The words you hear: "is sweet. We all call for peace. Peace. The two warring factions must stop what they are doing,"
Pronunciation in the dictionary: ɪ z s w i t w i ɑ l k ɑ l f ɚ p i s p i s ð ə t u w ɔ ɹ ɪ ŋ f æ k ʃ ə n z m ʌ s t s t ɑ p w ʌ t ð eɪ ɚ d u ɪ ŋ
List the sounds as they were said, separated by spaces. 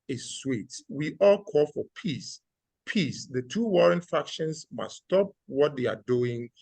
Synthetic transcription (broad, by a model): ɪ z s w i t w i ɑ l k ɑ l f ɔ p i s p i s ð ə t u w ɔ ɹ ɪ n f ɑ k ʃ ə n s m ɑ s s t ɑ p w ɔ t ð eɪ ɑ d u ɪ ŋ